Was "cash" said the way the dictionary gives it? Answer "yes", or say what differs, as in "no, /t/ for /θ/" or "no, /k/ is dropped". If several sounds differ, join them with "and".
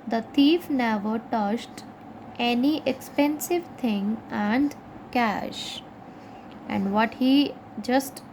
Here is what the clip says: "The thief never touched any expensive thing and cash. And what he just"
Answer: yes